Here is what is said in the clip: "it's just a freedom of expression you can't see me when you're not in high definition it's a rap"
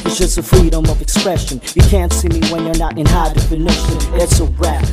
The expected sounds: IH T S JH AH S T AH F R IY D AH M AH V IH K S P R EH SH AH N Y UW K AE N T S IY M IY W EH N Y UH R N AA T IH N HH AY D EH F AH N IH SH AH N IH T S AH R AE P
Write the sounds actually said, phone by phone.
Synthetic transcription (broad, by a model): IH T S JH AH S T AH F R IY D AH M AH V IH K S P R EH SH AH N Y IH K AE N T S IY M IY W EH N Y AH R N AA T IH N HH AY D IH F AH N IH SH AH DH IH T S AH R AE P